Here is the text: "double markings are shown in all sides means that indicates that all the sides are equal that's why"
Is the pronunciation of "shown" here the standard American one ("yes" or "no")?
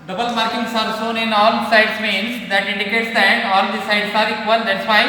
no